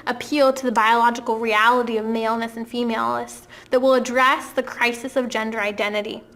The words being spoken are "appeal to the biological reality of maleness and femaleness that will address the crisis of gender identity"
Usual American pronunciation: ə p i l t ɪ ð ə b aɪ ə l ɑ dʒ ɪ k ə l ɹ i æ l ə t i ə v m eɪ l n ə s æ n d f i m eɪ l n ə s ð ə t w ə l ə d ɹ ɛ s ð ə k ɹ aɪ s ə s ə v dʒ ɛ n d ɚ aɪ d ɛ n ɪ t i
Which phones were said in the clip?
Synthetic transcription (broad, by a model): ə p i l t ɪ ð ə b aɪ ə l ɑ dʒ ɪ k l ɹ i æ l ə t i ə v m eɪ l n ə s n f i m eɪ l ə s ð ə t w ə l ə d ɹ ɛ s ð ə k ɹ aɪ s ə s ə v dʒ ɛ n d ɚ aɪ d ɛ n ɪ t i